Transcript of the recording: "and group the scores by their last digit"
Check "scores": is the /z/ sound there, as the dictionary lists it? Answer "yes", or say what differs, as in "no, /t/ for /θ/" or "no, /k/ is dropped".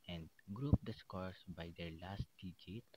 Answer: no, /s/ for /z/